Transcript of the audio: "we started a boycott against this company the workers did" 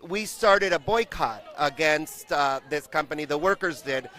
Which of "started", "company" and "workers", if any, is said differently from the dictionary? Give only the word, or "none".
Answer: none